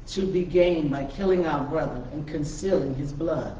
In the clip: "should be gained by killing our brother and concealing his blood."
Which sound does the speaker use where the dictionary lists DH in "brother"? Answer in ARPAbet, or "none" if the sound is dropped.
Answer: DH